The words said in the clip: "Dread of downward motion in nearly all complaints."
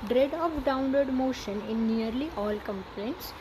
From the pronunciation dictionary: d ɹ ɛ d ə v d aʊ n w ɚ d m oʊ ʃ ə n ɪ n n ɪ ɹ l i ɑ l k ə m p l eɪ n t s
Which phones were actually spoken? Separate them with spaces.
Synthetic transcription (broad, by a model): d ɹ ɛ d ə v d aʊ n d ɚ d m oʊ ʃ ə n ɪ n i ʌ ɹ l i ɑ l k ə m p l eɪ n t s